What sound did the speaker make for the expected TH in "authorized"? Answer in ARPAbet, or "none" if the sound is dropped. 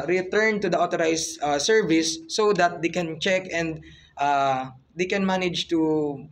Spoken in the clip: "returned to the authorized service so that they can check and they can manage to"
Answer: T